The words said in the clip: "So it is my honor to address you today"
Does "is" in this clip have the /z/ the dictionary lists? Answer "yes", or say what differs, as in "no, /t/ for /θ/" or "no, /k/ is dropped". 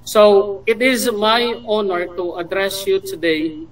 yes